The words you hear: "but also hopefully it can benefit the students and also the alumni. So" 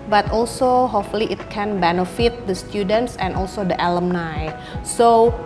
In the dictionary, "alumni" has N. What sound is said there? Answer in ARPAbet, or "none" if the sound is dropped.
N